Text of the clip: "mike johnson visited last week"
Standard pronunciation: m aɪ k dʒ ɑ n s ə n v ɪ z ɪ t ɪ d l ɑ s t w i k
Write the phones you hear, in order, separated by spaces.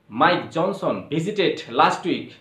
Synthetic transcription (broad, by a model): m aɪ k dʒ ɑ n s ə n b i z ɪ t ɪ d l ɑ s t w i k